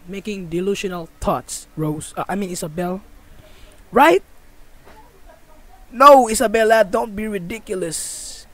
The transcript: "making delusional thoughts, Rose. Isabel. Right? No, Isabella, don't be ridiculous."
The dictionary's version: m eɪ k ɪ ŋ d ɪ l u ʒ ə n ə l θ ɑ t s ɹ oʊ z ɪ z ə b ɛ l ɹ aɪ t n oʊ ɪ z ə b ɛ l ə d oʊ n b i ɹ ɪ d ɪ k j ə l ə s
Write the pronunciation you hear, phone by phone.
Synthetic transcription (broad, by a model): m eɪ k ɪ ŋ d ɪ l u ʃ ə n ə l t ɑ t s ɹ oʊ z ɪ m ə b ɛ l ɹ aɪ t n oʊ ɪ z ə b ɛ l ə d oʊ n b i ɹ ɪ d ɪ k j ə l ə s